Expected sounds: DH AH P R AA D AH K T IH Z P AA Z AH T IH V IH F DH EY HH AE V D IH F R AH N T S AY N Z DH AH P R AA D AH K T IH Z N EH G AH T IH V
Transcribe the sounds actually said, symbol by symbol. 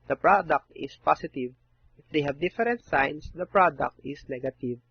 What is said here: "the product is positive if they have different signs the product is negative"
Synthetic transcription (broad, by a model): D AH P R AA D AH K T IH S P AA S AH T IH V IH F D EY HH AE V D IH F R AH N T S AY N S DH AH P R AA D AH K T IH S N EH G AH T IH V